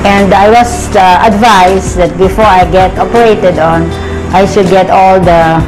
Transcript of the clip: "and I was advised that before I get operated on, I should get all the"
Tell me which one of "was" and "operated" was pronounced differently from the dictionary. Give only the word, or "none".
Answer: was